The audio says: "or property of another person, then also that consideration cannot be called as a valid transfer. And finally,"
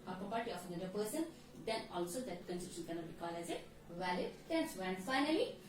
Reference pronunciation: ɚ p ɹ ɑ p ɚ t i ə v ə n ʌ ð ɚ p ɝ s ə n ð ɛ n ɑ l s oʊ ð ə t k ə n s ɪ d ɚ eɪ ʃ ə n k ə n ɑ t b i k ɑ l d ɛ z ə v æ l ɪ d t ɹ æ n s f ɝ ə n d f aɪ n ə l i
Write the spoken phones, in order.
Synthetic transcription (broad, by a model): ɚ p ɹ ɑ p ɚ t i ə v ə n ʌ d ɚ p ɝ s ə n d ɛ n ɑ l s oʊ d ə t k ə n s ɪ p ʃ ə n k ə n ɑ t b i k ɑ l ɛ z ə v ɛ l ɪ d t æ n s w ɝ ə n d f aɪ n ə l i